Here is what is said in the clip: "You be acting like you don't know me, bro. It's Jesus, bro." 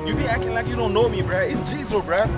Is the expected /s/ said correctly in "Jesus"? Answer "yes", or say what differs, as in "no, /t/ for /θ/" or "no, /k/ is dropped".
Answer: no, /s/ is dropped